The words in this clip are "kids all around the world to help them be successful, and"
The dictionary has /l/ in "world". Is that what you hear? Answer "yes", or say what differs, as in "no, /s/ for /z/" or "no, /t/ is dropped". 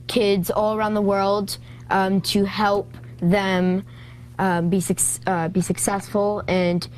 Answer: yes